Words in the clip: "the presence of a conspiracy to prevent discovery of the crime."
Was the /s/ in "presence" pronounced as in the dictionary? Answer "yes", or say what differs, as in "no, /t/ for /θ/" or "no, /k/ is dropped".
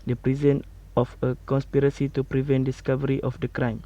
no, /s/ is dropped